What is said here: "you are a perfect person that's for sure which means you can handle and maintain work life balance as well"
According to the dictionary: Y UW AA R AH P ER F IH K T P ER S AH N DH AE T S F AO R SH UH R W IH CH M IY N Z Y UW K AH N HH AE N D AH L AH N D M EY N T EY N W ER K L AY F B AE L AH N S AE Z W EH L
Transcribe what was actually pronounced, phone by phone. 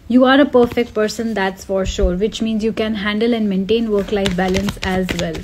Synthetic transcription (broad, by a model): Y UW AA R AH P ER F IH K T P ER S AH N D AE T S F AO R SH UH R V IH CH M IY N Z Y UW K AH N HH AE N D AH L AH N D M EY N T EY N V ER K L AY F B AE L AH N S AE Z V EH L